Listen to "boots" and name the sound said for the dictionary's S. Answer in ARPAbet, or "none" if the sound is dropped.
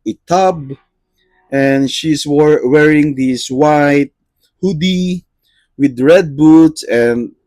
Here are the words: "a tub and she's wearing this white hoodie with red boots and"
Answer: S